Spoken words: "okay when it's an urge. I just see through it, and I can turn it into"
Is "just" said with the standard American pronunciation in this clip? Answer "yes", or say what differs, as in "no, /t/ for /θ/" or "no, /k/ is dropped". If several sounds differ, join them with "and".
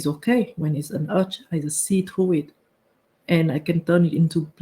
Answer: no, /z/ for /dʒ/